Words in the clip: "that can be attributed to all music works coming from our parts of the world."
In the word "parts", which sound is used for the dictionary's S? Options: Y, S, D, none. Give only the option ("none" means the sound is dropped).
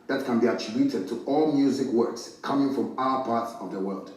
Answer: S